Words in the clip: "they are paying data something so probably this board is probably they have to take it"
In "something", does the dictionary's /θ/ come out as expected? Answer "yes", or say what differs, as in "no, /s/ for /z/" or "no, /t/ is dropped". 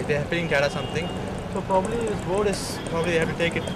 no, /t/ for /θ/